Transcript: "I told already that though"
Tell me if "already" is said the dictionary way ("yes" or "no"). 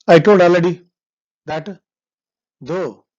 no